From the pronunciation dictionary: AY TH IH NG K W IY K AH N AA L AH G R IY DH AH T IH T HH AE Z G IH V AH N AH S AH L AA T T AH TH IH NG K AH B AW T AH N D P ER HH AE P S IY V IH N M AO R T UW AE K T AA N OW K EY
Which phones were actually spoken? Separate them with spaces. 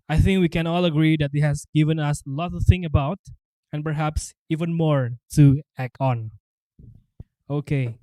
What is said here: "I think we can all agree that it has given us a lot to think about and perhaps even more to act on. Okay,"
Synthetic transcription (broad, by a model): AY TH IH NG K W IY K AH N AA L AH G R IY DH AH T IH T HH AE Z G IH V AH N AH S AH L AA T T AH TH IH NG AH B AW T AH N P ER HH AE P S IY V IH N M AO R T UW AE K AA N OW K EY